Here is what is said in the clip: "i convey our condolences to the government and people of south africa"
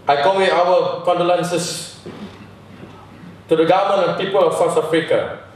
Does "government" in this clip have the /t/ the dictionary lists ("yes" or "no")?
no